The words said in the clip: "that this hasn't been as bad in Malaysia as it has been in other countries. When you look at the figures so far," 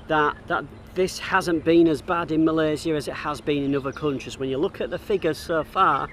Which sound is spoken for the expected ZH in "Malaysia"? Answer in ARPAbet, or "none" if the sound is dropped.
Z